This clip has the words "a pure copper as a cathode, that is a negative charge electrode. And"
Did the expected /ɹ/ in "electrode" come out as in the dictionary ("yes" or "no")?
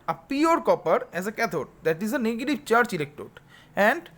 no